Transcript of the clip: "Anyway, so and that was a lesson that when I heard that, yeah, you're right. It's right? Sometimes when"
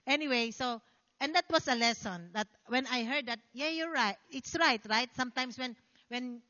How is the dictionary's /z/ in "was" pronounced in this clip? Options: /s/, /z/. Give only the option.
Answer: /s/